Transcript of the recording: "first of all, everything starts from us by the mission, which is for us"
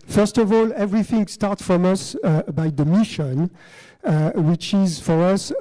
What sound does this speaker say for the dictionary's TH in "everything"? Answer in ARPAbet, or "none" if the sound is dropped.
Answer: TH